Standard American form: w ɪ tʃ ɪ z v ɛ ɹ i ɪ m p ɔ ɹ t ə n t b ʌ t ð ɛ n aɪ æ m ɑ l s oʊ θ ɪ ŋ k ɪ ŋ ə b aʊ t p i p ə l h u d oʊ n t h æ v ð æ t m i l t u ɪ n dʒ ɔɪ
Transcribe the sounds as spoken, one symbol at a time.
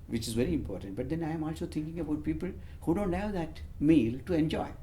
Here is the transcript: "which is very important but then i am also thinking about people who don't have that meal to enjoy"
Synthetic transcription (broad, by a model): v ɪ tʃ ɪ z v ɛ ɹ i ɪ m p ɔ ɹ t ə n t b ʌ t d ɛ n aɪ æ m ɑ l s oʊ t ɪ ŋ k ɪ ŋ ə b aʊ t p i p ə l h u d oʊ n t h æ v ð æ t m i l t u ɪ n dʒ ɔɪ